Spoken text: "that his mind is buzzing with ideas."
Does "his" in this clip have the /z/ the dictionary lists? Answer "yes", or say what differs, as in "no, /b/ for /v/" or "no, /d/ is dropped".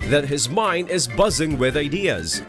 yes